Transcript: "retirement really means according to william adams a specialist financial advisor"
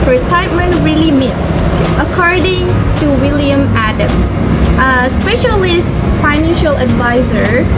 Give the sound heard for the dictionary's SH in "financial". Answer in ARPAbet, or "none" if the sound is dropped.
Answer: SH